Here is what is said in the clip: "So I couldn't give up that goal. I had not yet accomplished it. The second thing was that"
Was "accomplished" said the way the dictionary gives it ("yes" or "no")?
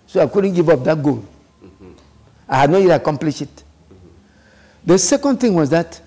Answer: no